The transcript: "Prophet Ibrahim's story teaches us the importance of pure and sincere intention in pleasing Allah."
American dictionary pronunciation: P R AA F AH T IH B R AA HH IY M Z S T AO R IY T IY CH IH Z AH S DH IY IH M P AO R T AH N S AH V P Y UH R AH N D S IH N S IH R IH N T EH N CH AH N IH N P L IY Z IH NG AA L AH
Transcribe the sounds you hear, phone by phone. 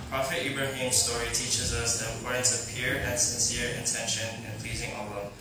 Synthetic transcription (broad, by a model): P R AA F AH T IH B R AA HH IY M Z S T AO R IY T IY CH IH Z AH S DH IY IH M P AO R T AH N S AH V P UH R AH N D S IH N S IH R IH N T EH N SH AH N IH N P L IY Z IH NG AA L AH